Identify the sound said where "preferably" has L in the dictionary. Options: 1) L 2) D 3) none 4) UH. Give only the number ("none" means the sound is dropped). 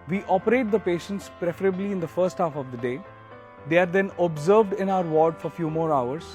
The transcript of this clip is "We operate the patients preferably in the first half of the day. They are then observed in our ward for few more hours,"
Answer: 1